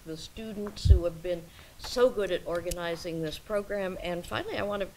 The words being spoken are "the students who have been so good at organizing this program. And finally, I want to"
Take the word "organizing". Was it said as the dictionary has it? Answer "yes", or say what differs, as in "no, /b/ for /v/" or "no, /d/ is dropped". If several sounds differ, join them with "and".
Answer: yes